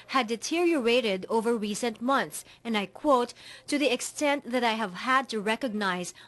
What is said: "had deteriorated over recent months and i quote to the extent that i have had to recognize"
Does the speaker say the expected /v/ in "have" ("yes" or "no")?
yes